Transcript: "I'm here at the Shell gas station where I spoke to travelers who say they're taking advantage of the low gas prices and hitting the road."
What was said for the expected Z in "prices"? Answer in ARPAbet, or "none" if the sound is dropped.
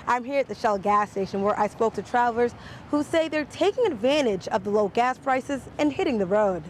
Z